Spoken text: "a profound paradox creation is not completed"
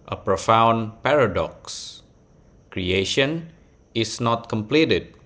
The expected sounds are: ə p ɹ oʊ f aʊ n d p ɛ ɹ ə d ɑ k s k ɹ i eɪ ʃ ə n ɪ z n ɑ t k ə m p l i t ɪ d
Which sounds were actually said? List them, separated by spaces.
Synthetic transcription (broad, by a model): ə p ɹ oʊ f aʊ n p ɛ ɹ ə d ɑ k s k ɹ i eɪ ʃ ə n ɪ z n ɑ t k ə m p l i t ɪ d